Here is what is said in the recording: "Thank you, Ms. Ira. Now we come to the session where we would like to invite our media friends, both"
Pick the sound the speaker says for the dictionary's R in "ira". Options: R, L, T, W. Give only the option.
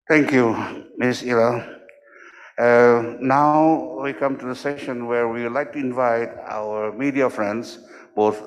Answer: L